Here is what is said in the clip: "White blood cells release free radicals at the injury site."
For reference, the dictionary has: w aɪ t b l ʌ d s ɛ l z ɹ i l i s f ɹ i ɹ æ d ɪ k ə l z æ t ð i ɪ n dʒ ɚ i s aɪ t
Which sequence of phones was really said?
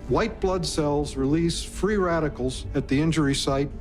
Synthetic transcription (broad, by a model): w aɪ t b l ʌ d s ɛ l z ɹ i l i s f ɹ i ɹ æ d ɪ k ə l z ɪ t ð i ɪ n dʒ ɚ i s aɪ t